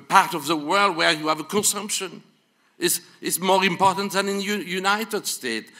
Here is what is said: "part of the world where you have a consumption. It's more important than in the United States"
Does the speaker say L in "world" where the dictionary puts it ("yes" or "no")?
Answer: yes